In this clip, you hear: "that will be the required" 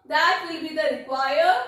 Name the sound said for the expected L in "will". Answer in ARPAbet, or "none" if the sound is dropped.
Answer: L